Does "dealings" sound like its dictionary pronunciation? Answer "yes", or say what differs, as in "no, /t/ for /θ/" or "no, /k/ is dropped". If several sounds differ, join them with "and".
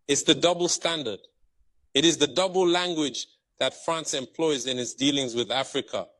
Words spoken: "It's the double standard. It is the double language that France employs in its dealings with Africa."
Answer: yes